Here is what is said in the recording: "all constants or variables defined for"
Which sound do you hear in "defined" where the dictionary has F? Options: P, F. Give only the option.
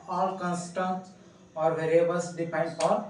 P